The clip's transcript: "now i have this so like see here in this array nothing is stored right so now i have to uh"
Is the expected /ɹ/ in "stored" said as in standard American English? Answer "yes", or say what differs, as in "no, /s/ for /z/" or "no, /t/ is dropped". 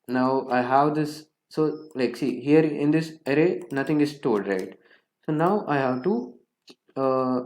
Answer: no, /l/ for /ɹ/